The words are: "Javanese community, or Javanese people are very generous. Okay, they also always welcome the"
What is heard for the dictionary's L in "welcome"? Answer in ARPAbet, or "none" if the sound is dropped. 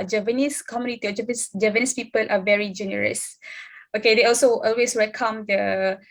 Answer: none